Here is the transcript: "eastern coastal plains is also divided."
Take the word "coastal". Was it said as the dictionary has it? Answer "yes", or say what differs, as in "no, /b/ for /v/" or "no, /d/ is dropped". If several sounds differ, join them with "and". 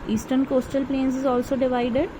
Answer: yes